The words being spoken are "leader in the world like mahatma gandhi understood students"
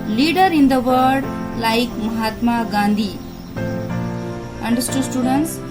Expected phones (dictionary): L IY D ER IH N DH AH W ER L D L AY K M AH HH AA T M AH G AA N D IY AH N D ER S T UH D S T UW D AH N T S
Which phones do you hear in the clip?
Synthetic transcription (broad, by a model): L IY D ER IH N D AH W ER D L AY K M AH HH AA T M AH G AA N D IY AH N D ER S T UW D S T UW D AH N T S